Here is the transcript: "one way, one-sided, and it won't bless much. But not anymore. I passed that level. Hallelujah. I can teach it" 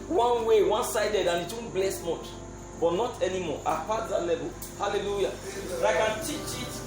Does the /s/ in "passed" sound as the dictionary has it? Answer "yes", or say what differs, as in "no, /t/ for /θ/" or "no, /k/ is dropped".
no, /s/ is dropped